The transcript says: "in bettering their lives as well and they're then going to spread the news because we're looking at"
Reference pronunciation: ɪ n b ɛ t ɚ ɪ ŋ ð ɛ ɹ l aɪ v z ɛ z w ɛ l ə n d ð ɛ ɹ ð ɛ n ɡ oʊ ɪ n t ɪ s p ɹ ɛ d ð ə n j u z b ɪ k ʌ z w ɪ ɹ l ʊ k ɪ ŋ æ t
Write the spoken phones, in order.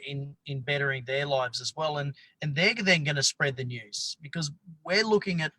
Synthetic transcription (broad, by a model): ɪ n b ɛ t ɚ ɪ ŋ ð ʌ ɹ l aɪ v z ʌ z w ɛ l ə n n ð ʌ ɹ ð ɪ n ɡ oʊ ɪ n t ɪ s p ɹ ɛ d ð ə n j u z b ɪ k ʌ z w ɪ ɹ l ʊ k ɪ ŋ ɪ t